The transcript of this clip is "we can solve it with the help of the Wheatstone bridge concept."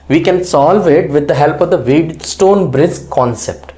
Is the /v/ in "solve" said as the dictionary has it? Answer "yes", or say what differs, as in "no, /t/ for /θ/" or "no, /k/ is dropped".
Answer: yes